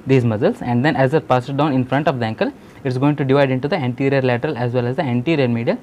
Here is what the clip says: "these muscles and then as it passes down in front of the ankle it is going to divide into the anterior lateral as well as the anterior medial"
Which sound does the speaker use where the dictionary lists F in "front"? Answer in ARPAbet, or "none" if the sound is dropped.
F